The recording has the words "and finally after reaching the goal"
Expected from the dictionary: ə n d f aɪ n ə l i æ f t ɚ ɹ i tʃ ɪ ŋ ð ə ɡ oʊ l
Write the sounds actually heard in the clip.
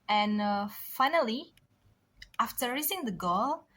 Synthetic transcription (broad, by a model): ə n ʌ f aɪ n ə l i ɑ f t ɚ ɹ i s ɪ ŋ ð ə ɡ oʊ l